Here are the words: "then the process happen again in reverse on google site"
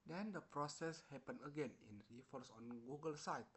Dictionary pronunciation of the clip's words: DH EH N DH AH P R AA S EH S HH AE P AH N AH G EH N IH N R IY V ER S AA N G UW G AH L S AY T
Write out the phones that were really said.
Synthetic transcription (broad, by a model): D EH N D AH P R AA S EH S HH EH P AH N AH G EH N IH N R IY F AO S AA N G UW G AH L S AY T